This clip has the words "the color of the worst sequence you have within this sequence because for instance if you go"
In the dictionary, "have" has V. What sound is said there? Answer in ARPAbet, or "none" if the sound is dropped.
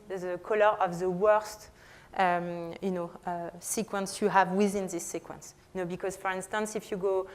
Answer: V